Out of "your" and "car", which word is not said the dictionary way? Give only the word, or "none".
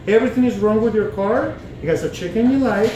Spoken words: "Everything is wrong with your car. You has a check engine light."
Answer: none